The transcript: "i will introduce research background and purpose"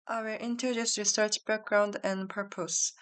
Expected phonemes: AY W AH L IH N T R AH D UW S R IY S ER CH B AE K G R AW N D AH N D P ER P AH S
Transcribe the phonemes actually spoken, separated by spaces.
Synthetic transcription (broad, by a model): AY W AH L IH N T AH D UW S R IY S ER CH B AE K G R AW N D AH N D P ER P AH S